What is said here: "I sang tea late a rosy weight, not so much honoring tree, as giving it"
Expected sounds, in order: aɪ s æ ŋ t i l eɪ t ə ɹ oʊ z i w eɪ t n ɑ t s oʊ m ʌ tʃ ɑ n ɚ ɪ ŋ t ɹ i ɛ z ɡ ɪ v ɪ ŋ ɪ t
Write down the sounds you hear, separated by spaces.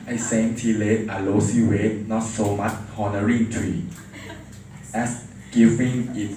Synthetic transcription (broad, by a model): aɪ s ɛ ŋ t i l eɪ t ə l oʊ s i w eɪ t n ɑ t s oʊ m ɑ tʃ ɑ n ɚ ɪ ŋ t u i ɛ s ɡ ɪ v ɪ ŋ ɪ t